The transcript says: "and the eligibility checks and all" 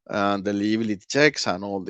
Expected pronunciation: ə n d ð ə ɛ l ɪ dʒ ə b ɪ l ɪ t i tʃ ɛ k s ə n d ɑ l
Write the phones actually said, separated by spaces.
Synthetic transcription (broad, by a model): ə n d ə l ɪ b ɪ l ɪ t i tʃ ɛ k s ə n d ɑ l